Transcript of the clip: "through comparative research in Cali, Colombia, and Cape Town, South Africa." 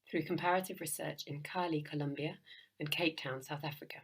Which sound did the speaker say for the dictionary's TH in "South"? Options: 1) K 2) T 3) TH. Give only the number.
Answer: 3